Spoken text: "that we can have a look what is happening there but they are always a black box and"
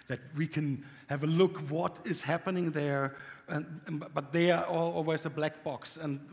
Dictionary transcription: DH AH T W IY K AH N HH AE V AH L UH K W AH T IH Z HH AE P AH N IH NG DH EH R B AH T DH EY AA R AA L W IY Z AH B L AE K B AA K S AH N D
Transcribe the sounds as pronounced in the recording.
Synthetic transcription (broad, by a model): DH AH T W IY K AH N HH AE V AH L UH K W AH T IH Z HH AE P AH N IH NG DH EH R B AH T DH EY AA L AA L W IY Z AH B L AE K B AA K S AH N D